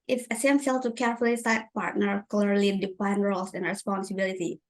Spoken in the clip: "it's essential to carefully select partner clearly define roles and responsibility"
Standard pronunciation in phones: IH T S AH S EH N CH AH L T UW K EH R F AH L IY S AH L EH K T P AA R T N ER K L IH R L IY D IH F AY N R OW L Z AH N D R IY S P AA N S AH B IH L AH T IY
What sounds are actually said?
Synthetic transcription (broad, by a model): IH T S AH S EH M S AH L T UW K EH R F AH L IY S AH IH T P AA R T N ER K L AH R L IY D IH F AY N R OW L S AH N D R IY S P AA N S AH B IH L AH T IY